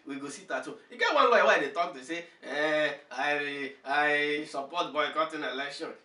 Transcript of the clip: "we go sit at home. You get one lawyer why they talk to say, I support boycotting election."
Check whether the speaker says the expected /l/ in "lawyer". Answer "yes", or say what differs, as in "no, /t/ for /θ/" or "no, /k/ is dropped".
no, /w/ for /l/